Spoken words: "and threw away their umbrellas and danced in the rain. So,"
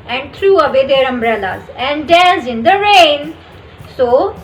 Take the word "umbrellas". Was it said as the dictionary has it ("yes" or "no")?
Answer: yes